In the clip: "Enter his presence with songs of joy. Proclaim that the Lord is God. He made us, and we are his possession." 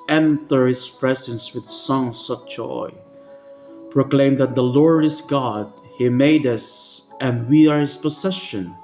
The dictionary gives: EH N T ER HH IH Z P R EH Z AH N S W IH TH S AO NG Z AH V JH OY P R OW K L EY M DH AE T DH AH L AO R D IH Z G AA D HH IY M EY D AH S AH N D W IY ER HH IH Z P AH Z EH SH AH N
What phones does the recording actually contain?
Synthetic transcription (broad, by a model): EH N T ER HH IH S P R EH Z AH N S W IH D S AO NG S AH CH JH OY P R OW K L EY M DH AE T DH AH L AO R D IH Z G AA D HH IY M EY D AH S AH N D W IY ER HH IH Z P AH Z EH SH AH N